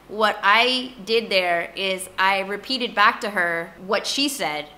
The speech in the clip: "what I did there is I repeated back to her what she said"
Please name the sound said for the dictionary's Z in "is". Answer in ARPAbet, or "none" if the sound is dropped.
Z